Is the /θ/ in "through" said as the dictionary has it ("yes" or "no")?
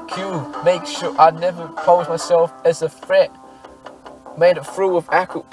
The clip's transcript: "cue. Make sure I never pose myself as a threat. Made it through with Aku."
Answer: no